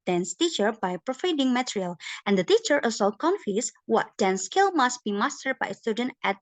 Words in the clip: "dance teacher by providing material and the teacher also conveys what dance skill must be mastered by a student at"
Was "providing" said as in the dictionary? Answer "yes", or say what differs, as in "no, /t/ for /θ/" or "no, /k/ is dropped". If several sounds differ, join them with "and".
no, /f/ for /v/